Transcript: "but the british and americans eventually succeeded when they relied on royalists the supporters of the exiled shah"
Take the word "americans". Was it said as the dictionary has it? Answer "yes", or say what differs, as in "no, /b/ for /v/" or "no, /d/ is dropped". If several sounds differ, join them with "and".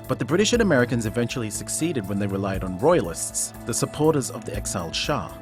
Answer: yes